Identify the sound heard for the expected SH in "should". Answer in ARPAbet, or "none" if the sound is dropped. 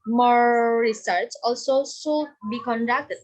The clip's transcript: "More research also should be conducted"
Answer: S